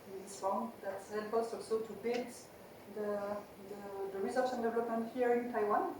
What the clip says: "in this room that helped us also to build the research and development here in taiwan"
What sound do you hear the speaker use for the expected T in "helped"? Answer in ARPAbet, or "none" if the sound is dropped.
none